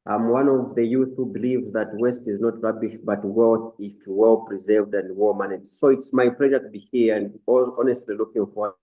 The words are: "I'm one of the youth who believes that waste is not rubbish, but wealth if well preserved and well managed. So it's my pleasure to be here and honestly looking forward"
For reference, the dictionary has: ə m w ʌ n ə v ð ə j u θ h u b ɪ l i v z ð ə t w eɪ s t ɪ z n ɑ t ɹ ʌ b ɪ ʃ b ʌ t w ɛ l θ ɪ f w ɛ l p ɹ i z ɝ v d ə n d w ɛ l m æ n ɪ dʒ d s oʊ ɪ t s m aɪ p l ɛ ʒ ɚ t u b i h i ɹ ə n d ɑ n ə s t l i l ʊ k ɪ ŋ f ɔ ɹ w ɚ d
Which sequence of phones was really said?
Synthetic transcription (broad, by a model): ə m w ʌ n ə v ð ə j u θ h u b ɪ l i v z ð ə t w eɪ s t ɪ z n ɑ t ɹ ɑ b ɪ ʃ b ʌ t w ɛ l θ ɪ f w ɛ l p ɹ i z ɝ v d ə n d w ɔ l m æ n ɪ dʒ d s oʊ ɪ t s m aɪ p l ɛ ʒ ɚ t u b i h i ɹ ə n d ɑ n ə s t l i l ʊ k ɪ ŋ f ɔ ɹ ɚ